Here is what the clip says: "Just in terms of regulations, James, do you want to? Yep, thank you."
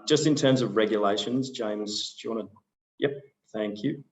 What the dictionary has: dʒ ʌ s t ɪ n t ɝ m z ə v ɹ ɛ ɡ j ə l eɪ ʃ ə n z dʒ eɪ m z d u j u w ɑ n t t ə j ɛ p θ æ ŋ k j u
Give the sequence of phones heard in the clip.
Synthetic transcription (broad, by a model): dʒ ʌ s t ɪ n t ɝ m z ə v ɹ ɛ ɡ j ə l eɪ ʃ ə n z dʒ eɪ m z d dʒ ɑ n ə j ɛ p θ æ ŋ k j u